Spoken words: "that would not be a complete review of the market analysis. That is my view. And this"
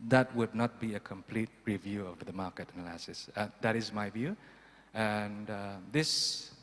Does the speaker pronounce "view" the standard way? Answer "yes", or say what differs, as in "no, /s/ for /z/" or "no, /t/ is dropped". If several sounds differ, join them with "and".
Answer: yes